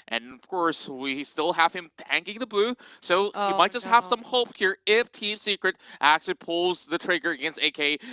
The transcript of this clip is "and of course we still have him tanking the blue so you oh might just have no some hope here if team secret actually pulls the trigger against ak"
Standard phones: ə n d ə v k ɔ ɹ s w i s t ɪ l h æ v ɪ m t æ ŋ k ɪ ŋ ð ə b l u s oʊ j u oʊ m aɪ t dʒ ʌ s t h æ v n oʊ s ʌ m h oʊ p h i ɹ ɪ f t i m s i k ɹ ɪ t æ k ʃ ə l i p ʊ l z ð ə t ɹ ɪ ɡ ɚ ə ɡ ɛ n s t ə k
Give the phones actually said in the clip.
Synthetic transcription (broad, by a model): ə n ə v k ɔ ɹ s w i s t ɪ l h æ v ɪ m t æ ŋ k ɪ ŋ ð ə b u s oʊ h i m aɪ t dʒ ʌ s t h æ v s ʌ m h oʊ p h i ɹ ɪ f t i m s i k ɹ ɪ t æ k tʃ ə l i p ʊ l z ð ə t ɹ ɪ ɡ ɚ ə ɡ ɛ n s t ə k